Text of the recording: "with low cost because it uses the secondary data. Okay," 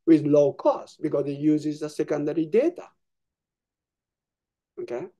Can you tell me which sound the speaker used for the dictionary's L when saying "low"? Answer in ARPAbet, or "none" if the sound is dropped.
L